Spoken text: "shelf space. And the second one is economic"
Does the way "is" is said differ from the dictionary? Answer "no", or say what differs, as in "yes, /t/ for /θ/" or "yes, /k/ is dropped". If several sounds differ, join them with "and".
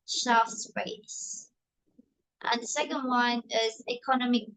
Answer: no